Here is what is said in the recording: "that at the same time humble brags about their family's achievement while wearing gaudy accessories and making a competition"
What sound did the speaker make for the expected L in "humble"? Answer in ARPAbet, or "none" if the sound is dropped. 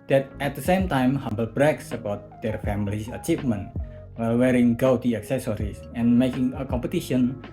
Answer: L